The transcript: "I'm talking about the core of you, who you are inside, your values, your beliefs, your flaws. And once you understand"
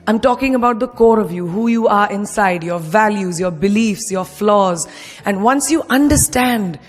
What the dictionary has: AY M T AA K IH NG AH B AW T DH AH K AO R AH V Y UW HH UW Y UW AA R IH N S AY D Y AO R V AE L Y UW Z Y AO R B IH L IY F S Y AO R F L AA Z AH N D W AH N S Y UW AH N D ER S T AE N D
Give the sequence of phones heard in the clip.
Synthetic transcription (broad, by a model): AY M T AA K IH NG AH B AW T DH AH K AO R AH V Y UW HH UW Y UW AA R IH N S AY D Y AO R V AE L Y UW Z Y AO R B IH L IY F S Y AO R F L AA Z AH N D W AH N S Y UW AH N D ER S T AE N D